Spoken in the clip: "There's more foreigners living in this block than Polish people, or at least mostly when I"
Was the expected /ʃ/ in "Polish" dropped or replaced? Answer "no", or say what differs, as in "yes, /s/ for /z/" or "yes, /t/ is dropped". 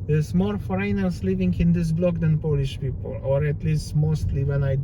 no